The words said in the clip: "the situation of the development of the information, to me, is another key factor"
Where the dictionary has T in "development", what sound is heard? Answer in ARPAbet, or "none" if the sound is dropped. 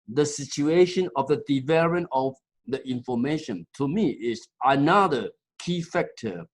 none